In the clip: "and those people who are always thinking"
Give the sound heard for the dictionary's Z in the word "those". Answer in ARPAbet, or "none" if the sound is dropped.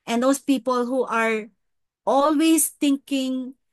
S